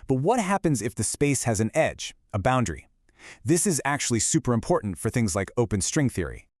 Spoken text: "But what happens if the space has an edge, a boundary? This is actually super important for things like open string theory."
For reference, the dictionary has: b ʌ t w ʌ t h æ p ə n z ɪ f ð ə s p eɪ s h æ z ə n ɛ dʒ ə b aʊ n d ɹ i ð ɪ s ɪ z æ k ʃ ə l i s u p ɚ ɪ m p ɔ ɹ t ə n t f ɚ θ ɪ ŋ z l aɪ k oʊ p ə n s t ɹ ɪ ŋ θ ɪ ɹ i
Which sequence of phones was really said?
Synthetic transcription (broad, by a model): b ʌ t w ʌ t h æ p ə n z ɪ f ð ə s p eɪ s h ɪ z ə n ɛ dʒ ə b aʊ n d ɹ i ð ɪ s ɪ z æ k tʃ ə l i s u p ɚ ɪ m p ɔ ɹ t n t f ɚ θ ɪ ŋ z l aɪ k oʊ p ə n s t ɹ ɪ ŋ θ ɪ ɹ i